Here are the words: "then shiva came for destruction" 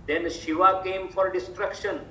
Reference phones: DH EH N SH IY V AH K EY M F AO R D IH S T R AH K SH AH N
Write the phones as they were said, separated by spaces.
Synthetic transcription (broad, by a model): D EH N SH IY V AH K EY M F AO R D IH S T R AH K SH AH N